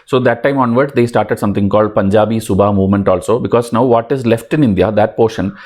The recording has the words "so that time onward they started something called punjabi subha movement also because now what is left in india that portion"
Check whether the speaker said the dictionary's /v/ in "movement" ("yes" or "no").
yes